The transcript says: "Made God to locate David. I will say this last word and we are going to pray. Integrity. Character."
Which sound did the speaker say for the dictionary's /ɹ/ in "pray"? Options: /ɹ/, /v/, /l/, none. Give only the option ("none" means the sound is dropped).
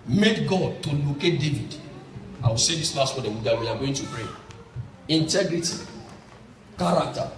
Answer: /ɹ/